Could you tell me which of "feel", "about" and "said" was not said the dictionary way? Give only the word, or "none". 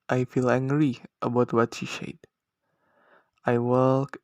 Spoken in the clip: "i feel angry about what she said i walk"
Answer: said